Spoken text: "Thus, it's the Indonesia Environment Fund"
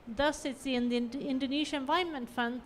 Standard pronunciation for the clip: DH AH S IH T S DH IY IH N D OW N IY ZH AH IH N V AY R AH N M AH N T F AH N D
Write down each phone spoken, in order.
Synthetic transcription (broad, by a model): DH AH S IH T S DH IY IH N D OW N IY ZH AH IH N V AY AH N M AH N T F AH N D